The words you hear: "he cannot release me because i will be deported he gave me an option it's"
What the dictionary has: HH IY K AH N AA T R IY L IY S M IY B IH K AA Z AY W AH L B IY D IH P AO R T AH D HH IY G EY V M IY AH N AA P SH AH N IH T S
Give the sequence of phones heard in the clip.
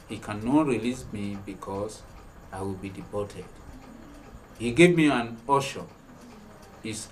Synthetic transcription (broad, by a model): HH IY K AH N AA T R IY L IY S M IY B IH K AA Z AY W AH L B IY D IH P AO T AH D HH IY G EY V M IY AH N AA SH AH N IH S